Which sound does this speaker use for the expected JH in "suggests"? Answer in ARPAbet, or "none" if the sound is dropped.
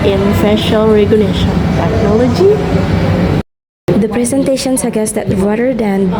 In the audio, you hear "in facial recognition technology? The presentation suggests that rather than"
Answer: none